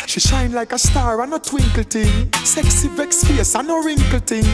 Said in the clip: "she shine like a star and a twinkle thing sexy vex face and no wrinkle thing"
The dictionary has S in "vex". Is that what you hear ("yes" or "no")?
yes